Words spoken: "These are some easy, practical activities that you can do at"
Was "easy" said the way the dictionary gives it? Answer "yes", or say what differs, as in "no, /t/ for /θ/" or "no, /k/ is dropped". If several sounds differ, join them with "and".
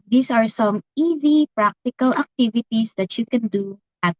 yes